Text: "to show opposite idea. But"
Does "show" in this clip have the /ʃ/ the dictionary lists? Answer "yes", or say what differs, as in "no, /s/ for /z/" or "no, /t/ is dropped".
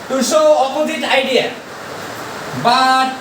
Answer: no, /s/ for /ʃ/